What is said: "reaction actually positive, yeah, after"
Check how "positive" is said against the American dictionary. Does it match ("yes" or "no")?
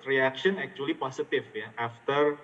no